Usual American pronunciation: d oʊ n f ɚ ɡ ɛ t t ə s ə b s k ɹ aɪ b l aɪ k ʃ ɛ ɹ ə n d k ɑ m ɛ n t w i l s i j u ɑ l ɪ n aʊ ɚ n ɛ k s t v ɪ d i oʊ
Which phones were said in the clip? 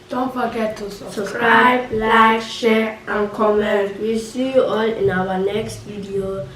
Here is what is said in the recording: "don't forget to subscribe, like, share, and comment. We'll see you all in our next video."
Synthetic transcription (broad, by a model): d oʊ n f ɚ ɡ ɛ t s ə s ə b s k ɹ aɪ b l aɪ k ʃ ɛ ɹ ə n k ɑ m ɛ n t w i s i j u ɑ l ɪ n aʊ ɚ n ɛ k s t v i d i oʊ